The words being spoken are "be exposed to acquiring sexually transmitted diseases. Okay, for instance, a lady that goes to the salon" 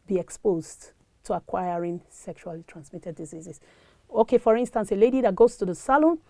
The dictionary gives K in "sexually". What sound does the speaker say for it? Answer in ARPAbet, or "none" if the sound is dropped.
K